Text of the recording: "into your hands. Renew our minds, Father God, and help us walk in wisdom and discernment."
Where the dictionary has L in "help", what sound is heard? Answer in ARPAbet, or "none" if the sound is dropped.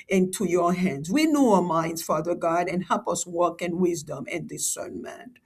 L